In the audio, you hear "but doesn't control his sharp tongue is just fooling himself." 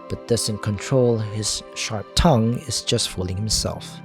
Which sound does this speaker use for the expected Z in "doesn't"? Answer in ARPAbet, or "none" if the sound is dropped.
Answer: S